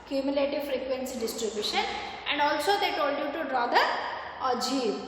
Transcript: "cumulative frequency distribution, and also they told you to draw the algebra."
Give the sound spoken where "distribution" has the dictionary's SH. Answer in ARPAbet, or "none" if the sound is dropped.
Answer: SH